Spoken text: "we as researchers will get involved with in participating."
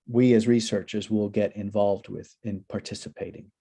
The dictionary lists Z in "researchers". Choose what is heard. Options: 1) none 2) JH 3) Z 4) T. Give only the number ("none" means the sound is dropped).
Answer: 3